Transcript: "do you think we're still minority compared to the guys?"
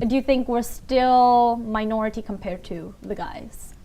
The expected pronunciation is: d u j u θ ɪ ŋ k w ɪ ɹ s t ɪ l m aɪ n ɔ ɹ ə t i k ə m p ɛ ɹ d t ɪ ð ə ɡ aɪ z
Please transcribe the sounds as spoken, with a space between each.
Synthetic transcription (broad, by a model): d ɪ j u θ ɪ ŋ k w ɪ ɹ s t ɪ l m aɪ n ɔ ɹ ə t i k ə m p ɛ ɹ d t ɪ ð ə ɡ aɪ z